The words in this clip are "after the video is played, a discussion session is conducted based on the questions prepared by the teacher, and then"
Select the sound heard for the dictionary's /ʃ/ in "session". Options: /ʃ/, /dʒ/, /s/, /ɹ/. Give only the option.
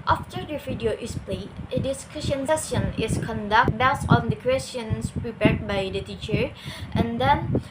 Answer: /s/